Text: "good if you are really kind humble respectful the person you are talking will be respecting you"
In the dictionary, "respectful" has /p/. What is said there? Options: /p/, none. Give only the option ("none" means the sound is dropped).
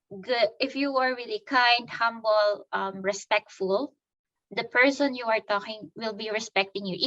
/p/